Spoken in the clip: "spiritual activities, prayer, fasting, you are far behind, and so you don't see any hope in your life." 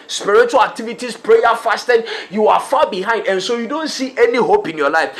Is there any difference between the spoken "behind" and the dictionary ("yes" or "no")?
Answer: no